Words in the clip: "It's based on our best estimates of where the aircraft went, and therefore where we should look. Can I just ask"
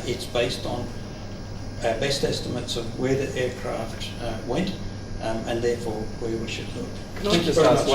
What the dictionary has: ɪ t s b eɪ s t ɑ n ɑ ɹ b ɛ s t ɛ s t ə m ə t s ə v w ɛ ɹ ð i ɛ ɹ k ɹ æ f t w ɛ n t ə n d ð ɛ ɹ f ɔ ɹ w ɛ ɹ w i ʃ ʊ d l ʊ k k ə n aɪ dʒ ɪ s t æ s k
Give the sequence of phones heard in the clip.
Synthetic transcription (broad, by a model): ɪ t s b eɪ s t n b ɛ s t ɛ s t ə m ə t s ə v w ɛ ɹ ð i ɛ ɹ k ɹ æ f t w ɛ n t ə n ð ɛ ɹ f ɔ ɹ w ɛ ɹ w i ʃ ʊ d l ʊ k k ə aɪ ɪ